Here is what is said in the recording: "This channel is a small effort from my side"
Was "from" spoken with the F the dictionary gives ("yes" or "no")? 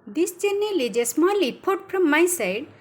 no